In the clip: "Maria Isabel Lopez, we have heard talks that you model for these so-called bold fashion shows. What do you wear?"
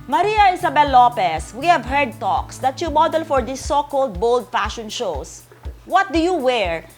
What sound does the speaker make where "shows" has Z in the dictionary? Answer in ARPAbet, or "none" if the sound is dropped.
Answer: S